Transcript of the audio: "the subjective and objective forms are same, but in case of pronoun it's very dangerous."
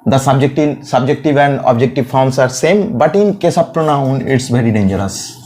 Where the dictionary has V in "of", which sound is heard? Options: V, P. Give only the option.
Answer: P